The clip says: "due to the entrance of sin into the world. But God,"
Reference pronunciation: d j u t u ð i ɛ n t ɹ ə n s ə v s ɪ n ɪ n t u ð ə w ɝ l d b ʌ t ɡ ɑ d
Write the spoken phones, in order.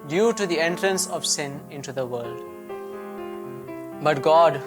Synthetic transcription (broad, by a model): d j u t u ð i ɛ n t ɹ ə n s ə v s ɪ n ɪ n t u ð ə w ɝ l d b ʌ t ɡ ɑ d